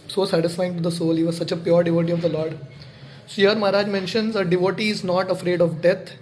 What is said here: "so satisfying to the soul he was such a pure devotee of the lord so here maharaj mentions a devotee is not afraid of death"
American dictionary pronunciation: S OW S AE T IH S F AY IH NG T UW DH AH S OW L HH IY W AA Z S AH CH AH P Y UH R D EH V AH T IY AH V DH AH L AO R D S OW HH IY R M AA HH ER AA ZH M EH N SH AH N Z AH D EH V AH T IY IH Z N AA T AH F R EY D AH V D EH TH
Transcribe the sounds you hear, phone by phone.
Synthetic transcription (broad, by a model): S OW S AE T IH S F AY IH NG T UW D AH S OW L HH IY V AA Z S AH CH AH P Y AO R D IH V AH T IY AH V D AH L AO R D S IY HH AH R M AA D AA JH M EH N SH AH N Z AH D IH V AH T IY IH Z N AA T AH F R EY D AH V D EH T